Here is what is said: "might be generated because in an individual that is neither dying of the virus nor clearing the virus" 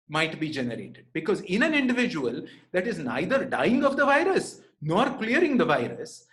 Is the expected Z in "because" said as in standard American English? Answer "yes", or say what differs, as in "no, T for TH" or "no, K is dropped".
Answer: yes